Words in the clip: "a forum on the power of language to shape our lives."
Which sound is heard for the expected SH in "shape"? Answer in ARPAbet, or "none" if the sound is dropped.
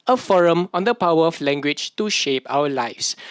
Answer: SH